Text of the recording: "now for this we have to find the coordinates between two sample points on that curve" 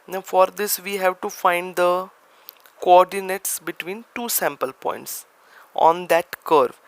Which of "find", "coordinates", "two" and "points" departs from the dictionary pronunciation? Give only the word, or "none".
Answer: none